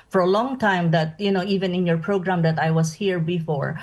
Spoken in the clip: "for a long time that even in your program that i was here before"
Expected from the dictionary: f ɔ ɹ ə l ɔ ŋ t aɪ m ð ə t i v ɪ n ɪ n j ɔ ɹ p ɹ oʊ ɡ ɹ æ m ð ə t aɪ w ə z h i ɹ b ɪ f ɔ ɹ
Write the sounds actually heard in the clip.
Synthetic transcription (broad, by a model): f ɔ ɹ ə l ɔ ŋ t aɪ m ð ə t i v ɪ n ɪ n j ɔ ɹ p ɹ oʊ ɡ ɹ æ m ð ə t aɪ w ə s h i ɹ b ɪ f ɔ ɹ